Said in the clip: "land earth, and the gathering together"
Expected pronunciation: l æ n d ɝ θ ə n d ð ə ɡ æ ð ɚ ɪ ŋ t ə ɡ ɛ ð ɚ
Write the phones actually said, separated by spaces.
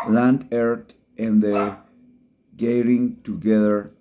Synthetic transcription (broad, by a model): l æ n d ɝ t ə n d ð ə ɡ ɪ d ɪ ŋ t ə ɡ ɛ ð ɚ